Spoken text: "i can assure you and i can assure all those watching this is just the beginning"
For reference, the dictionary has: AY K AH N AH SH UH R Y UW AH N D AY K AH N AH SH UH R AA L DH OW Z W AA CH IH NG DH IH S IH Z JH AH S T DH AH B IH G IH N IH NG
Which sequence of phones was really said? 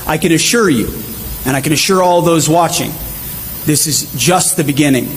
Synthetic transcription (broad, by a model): AY K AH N AH SH UH R Y UW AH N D AY K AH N AH SH UH R AA L DH OW Z W AA CH IH NG DH IH S IH Z JH AH S T DH AH B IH G IH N IH NG